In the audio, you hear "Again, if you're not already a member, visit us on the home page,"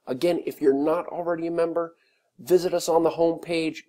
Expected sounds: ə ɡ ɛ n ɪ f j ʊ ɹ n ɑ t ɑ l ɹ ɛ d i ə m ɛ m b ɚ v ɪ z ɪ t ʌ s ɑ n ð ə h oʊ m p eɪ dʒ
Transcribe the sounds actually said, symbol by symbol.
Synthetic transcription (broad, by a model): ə ɡ ɛ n ɪ f j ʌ ɹ n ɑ t l ɹ ɛ d i ə m ɛ m b ɚ v ɪ z ɪ t ʌ s n ð ə h oʊ m p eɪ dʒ